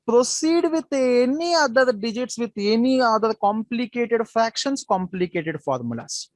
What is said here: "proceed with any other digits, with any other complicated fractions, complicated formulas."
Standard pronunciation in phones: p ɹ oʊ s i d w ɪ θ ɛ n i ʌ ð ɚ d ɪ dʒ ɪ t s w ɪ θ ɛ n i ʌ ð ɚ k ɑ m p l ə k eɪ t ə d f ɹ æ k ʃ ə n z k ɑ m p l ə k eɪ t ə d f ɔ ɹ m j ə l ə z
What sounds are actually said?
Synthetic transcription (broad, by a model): p ɹ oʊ s i d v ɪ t ɛ n i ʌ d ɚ d ɪ dʒ ɪ t s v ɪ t ɛ n i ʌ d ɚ k ɑ m p l ə k eɪ t ə d f ɹ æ k ʃ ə n s k ɑ m p l ə k eɪ t ə d f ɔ ɹ m j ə l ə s